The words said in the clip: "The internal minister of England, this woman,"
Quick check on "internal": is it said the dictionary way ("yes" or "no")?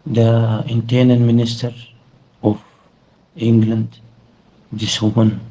no